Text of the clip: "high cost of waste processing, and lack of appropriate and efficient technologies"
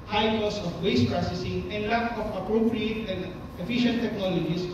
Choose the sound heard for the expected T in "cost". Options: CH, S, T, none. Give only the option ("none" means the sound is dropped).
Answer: none